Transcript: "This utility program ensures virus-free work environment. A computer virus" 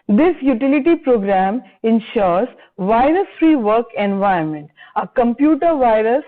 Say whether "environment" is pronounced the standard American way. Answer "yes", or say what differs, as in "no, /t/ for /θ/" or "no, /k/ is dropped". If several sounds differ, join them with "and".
no, /ɹ/ is dropped